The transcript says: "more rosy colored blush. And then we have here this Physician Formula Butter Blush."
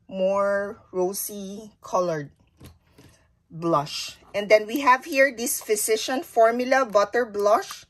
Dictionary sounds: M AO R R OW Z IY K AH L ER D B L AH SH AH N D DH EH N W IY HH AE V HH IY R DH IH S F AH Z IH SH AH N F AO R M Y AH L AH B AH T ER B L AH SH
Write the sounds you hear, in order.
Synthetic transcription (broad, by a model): M AO R R OW S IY K AH L ER D B L AH SH AH N D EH N W IY HH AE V HH IY R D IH S F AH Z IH SH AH N F AO R M Y AH L AH B AH T ER B L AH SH